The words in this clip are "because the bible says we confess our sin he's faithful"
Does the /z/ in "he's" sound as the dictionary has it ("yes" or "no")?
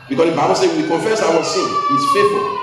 no